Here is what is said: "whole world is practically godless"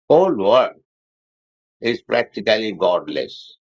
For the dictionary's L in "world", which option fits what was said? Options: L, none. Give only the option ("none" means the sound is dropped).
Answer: none